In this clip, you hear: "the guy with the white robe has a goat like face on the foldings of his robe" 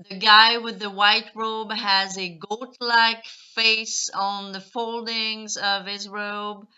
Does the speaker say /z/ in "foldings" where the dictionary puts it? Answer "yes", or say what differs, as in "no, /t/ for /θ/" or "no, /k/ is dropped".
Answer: yes